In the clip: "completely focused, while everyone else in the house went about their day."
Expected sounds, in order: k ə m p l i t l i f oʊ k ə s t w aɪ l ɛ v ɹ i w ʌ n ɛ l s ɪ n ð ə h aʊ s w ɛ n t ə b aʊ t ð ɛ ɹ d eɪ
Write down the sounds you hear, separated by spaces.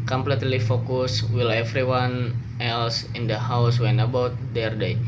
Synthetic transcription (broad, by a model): k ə m p l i t l i f oʊ k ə s w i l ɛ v ɹ i w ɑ n ɛ l s ɪ n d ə h aʊ s w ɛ n ə b aʊ t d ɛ ɹ d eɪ